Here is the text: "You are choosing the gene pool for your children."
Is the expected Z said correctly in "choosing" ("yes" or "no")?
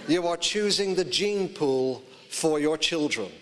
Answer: yes